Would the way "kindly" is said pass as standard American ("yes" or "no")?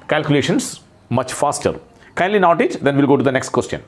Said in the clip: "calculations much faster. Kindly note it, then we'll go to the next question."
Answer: yes